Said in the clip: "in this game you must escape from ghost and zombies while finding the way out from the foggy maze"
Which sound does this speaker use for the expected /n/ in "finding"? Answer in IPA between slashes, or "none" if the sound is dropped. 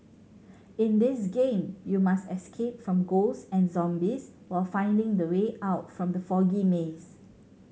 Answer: /n/